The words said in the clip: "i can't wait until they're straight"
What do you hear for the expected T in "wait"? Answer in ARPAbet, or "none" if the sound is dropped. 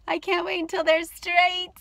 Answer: none